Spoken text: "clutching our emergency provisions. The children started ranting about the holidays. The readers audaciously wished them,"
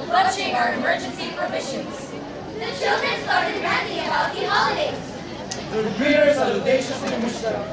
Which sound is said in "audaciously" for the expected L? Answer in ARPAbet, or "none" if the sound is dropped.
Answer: none